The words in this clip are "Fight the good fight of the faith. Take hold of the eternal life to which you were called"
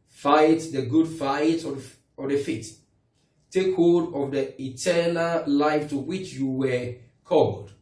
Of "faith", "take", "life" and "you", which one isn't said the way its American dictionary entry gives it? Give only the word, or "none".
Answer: faith